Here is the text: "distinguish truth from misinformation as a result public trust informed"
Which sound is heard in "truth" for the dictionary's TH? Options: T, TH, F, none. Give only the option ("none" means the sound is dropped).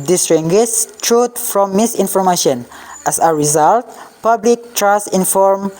T